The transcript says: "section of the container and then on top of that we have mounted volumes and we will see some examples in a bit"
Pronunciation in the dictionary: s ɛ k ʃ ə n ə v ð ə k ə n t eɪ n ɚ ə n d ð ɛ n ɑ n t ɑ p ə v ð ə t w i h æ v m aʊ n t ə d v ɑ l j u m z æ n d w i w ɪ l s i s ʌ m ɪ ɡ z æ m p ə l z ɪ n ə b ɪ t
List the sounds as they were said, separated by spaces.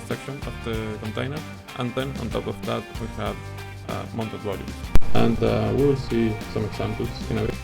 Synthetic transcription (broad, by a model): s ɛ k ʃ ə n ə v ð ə k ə n t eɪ n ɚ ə n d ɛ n ɑ n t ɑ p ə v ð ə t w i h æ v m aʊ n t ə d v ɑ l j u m æ n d w i w ɪ l s i s ʌ m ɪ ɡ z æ m p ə l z ɪ n ə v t